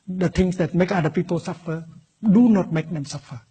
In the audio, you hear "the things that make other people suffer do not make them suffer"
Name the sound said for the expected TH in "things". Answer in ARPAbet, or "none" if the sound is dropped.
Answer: T